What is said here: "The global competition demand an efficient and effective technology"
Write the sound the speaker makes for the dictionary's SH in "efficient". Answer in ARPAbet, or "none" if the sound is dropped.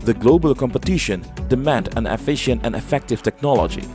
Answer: SH